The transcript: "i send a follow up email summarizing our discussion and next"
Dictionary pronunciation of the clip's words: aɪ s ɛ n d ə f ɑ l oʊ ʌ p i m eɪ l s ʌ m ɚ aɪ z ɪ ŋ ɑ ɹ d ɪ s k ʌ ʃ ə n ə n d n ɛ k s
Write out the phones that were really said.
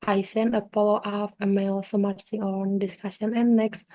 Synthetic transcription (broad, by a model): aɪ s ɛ n ə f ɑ l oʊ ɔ f i m eɪ l s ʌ m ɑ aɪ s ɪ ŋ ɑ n d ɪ s k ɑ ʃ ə n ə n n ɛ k s